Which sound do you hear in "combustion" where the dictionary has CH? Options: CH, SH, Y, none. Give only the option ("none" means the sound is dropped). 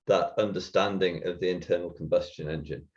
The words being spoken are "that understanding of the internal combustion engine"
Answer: CH